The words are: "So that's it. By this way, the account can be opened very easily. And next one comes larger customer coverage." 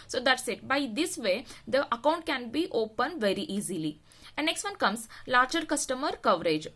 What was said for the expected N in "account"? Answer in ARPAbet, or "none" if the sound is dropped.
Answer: N